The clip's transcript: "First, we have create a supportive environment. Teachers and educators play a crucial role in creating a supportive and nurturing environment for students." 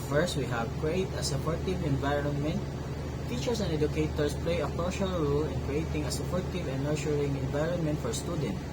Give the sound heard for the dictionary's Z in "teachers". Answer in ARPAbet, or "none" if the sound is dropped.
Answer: S